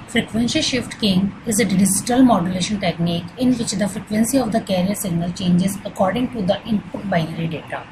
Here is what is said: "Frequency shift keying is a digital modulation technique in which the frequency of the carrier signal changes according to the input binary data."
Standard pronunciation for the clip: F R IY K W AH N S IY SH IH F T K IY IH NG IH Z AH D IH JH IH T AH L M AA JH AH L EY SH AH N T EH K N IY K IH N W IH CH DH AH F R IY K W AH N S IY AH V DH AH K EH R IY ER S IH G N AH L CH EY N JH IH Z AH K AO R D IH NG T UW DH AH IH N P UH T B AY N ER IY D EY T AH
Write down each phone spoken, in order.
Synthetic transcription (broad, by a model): F R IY K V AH N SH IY SH IH F T K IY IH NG IH Z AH D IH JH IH T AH L M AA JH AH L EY SH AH N T EH K N IY K IH N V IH CH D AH F R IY K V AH N S IY AH V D AH K EH R IY ER S IH G N AH L CH EY N JH IH Z AH K AO R D IH NG T UW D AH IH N P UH T B AY N ER IY D EY T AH